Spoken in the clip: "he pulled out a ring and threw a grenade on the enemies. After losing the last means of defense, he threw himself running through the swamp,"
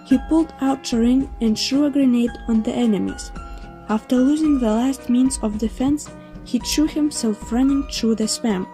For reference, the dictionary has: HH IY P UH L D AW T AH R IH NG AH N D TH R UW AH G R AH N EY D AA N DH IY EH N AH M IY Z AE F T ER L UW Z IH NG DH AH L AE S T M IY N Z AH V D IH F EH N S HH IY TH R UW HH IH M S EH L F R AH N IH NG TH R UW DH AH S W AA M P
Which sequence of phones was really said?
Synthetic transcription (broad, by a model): HH IY P UH L D AW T AH R IH NG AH N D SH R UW AH G R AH N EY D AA N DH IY EH N AH M IY Z AE F T ER L UW Z IH NG DH AH L AE S T M IY N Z AH V D IH F EH N S HH IY T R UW HH IH M S EH L F R AH N IH NG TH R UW DH AH S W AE M